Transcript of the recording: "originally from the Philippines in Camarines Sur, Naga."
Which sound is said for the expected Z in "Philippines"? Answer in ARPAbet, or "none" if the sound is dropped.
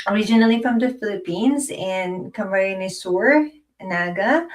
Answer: Z